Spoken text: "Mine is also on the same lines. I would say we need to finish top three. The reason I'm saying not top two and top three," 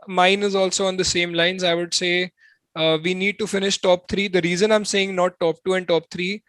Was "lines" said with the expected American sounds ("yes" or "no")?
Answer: yes